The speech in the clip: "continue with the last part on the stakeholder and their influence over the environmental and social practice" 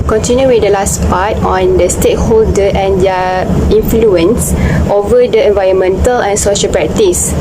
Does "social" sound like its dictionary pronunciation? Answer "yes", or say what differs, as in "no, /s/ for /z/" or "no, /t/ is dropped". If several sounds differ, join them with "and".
yes